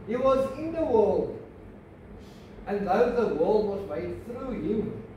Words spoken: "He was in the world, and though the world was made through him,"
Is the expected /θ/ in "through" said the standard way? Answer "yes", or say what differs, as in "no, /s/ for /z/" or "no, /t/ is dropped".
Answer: yes